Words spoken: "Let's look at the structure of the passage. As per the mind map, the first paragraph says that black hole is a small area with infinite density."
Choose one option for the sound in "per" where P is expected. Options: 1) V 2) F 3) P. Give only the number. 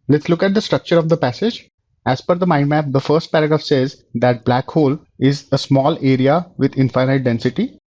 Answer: 2